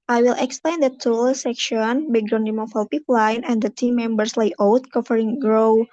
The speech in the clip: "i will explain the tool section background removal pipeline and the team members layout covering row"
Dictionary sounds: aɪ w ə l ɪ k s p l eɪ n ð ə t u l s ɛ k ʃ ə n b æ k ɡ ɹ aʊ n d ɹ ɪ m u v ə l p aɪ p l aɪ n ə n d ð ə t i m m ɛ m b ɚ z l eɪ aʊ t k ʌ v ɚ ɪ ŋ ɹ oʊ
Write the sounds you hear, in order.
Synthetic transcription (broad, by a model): aɪ w ə l ɪ k s p l eɪ n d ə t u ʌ s ɛ k ʃ ə n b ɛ ɡ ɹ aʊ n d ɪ m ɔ f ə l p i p l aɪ n ə n d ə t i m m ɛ m b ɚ s l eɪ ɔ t k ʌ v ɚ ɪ ŋ ɹ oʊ